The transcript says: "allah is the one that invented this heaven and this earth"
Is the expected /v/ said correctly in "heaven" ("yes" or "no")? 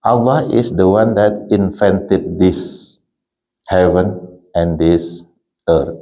yes